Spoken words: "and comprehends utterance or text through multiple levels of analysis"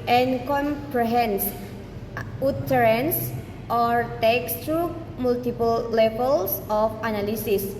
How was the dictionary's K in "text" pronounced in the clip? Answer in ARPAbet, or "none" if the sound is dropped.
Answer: K